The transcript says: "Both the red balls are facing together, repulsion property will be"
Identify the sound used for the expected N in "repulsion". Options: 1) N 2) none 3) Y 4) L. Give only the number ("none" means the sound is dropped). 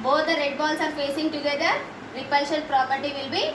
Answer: 4